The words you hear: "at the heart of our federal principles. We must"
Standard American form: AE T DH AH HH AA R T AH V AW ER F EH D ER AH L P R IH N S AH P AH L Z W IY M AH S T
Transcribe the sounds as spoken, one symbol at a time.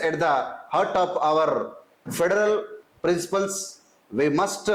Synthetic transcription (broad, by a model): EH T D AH HH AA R T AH P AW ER F EH D ER AH L P R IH N S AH P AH L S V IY M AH S T